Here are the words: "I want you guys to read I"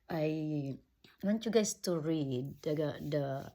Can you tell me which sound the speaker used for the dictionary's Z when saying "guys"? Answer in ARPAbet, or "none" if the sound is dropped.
S